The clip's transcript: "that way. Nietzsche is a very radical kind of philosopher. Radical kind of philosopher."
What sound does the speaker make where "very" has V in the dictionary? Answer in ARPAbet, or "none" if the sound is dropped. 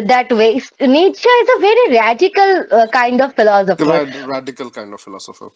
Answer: V